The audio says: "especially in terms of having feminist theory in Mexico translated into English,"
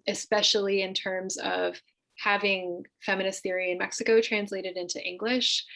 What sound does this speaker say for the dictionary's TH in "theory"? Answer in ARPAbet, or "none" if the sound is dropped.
TH